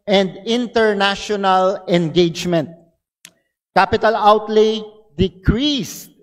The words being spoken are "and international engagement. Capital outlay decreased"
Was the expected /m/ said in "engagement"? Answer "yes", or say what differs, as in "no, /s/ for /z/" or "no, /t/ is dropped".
yes